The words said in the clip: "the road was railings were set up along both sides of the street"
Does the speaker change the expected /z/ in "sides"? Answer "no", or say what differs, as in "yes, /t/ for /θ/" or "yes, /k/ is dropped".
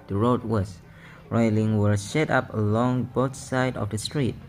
yes, /z/ is dropped